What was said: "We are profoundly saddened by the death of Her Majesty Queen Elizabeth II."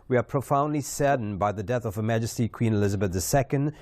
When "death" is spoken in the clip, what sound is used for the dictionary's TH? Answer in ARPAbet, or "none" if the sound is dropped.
TH